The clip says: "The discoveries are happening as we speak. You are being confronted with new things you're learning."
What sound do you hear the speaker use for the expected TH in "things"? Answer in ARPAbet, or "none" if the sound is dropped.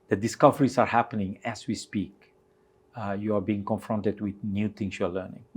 T